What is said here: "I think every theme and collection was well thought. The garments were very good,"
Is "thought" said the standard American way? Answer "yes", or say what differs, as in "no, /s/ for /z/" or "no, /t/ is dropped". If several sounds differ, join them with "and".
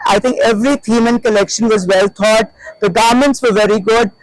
no, /t/ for /θ/